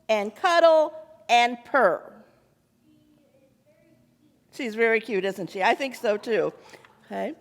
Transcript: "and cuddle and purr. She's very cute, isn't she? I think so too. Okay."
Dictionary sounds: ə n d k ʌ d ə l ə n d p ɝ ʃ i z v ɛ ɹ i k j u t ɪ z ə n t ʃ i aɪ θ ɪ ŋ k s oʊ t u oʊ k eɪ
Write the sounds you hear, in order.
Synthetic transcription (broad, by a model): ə n k ʌ d l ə n p ɝ ʃ i z v ɛ ɹ i k j u t ɪ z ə n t ʃ i aɪ θ ɪ ŋ k s oʊ t u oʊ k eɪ